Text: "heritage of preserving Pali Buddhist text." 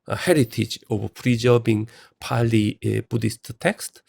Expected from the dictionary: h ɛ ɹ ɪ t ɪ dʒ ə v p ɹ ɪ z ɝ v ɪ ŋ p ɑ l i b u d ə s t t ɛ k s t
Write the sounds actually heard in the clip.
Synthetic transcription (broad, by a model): h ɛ ɹ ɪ t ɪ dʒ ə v p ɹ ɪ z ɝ b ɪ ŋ p ɑ l i b u d ə s t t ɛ k s t